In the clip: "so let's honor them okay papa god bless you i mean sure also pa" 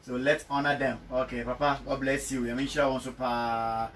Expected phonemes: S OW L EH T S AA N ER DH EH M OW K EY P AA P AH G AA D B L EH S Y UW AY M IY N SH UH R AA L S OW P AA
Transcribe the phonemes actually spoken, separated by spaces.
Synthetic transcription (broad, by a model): S OW L EH T S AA N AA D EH M OW K EY P AA P AH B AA B L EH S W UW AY M IY N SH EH W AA N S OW P AA